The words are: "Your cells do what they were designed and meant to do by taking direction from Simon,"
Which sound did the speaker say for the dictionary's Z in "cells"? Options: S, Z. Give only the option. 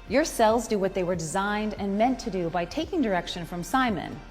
Z